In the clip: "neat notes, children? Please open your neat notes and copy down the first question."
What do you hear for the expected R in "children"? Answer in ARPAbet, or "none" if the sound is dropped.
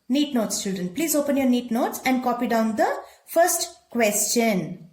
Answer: none